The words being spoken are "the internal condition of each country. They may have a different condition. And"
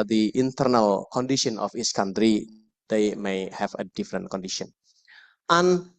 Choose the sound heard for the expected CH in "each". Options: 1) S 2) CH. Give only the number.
1